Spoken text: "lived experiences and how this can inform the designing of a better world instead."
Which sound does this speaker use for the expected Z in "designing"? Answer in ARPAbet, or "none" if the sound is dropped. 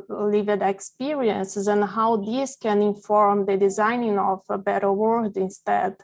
Z